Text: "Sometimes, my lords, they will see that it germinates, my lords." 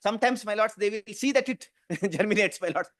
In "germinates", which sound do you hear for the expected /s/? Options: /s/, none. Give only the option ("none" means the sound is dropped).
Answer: /s/